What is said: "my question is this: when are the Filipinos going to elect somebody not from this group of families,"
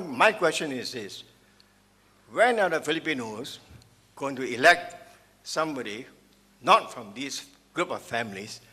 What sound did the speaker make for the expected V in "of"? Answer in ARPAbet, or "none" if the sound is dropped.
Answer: F